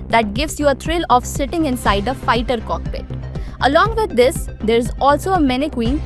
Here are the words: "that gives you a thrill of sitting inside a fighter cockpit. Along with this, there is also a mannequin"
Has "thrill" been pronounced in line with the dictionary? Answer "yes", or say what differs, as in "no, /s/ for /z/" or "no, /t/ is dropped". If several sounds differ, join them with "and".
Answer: no, /t/ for /θ/